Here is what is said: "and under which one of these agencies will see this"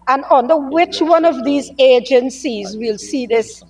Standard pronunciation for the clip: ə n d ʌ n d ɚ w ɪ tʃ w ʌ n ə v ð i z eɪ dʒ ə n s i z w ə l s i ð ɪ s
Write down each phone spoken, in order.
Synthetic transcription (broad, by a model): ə n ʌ n d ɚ w ɪ tʃ w ʌ n ə v ð i z eɪ dʒ ə n s i z w ə l s i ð ɪ s